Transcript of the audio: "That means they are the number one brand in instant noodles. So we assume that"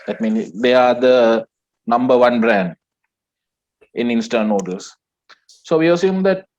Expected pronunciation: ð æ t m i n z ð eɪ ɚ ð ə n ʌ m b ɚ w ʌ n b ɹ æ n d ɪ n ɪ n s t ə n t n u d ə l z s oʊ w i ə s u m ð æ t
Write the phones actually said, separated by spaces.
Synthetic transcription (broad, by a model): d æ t m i n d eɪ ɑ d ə n ʌ m b ɚ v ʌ n b ɹ æ n d ɪ n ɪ n s t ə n n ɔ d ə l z s oʊ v i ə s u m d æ t